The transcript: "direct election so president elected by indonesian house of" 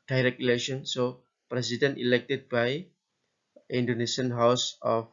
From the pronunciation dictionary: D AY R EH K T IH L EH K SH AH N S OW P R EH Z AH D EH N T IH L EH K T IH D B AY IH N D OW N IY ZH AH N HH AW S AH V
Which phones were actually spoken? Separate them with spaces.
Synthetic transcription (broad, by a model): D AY R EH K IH L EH SH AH N S OW P R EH S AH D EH N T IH L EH K T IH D B AY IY N D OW N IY S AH N HH AW S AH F